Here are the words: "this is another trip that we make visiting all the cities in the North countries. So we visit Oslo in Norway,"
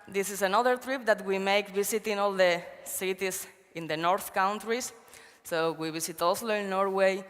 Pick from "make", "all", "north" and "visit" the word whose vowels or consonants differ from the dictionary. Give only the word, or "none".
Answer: visit